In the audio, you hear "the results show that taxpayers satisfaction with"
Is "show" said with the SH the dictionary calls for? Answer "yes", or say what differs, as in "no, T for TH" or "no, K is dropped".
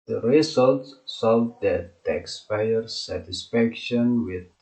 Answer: no, S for SH